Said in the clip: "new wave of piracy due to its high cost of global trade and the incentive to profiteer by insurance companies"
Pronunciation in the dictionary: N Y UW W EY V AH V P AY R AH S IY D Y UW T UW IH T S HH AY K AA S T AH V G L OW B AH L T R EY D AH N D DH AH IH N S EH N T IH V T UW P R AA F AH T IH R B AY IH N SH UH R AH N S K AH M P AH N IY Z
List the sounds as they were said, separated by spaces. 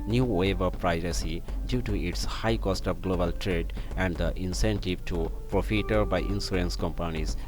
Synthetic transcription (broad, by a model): N Y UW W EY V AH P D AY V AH S IY D Y UW T UW IH T S HH AY K AA S T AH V G L OW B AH L T R EY D AH N D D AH IH N S EH N T IH V T UW P R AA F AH T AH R B AY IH N S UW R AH N S K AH M P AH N IY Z